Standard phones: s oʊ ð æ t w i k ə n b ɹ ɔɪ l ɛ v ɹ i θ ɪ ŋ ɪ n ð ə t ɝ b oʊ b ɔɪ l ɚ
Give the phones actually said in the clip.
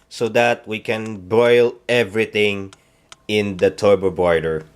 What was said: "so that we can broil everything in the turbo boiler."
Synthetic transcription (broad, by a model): s oʊ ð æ t w i k ə n b ɔɪ l ɛ v ɹ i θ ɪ ŋ ɪ n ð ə t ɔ b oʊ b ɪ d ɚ